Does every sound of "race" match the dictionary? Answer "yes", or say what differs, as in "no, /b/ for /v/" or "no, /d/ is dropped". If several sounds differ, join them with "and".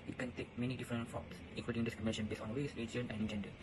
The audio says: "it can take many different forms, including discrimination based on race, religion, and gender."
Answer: no, /w/ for /ɹ/